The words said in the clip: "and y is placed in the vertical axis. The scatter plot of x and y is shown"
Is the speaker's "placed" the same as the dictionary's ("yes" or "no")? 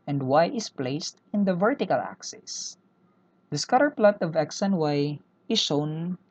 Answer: yes